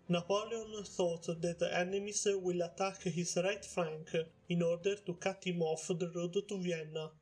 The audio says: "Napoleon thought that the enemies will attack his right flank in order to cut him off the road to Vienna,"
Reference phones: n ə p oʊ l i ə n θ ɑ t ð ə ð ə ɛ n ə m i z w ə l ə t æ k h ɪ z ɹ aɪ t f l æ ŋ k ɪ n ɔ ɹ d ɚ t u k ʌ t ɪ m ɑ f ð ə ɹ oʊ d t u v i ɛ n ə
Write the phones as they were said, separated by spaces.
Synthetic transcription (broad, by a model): n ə p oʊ l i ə n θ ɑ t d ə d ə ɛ n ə m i s w ə l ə t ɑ k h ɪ s ɹ aɪ t f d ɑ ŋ k ɪ n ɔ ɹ d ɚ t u k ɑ t ɪ m ɑ f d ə ɹ oʊ d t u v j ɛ n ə